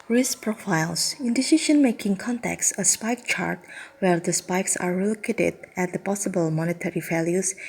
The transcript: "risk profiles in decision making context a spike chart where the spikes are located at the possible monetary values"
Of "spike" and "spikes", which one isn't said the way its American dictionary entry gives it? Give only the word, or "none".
none